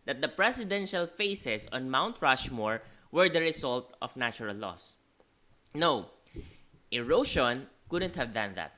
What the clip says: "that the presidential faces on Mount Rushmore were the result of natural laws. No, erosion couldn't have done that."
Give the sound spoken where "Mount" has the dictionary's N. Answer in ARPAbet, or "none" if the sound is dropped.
N